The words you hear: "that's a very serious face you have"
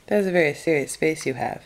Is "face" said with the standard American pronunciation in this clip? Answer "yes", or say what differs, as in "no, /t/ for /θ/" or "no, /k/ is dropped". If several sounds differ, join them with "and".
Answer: no, /p/ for /f/